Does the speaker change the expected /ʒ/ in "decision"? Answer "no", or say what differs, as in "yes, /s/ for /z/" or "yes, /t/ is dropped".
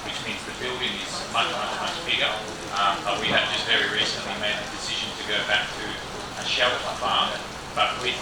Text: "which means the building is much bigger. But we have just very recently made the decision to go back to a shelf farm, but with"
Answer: no